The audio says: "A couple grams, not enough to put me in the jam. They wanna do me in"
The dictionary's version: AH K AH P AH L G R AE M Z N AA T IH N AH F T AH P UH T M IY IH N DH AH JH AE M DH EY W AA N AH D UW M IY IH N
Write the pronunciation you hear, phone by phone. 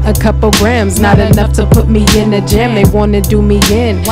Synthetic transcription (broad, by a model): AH K AH P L G R AE M Z N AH T IH N AH F T AH P UH T M IY IH N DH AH JH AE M DH EY W AA N AH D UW M IY IH N